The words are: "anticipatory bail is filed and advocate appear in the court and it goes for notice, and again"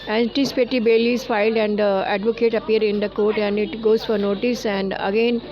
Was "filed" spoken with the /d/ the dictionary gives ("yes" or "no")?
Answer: yes